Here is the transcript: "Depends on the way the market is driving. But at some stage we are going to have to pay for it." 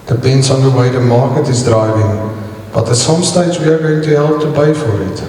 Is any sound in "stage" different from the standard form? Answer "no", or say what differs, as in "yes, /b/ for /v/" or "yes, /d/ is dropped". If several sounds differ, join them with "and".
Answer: yes, /z/ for /dʒ/